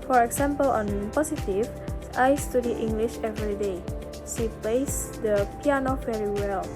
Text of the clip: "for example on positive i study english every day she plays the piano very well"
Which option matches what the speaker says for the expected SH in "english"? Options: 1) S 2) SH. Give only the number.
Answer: 2